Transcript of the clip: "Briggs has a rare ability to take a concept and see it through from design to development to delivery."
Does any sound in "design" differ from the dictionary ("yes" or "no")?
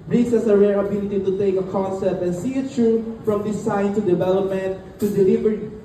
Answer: yes